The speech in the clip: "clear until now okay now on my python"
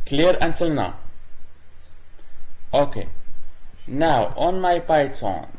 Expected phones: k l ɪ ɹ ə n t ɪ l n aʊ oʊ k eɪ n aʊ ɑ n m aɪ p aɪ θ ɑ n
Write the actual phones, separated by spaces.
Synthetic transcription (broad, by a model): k l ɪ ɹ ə n s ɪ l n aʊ oʊ k eɪ n aʊ ɑ n m aɪ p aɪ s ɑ n